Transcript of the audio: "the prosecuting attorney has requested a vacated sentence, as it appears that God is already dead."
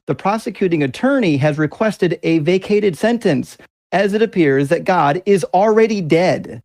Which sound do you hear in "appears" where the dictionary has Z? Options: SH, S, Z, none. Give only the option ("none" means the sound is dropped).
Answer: Z